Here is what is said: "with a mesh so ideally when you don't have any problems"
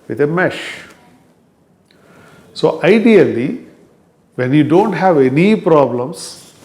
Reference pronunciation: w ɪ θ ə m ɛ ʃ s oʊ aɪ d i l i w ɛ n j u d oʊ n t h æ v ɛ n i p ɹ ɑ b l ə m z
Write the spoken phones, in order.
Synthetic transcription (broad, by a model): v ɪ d ə m ɛ ʃ s oʊ aɪ d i l i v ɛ n j u d oʊ n t h æ v ɛ n i p ɹ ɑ b l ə m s